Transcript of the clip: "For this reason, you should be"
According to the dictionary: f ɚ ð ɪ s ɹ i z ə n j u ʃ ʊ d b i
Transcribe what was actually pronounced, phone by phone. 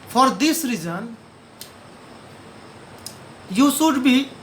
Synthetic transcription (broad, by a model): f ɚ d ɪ s ɹ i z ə n j u s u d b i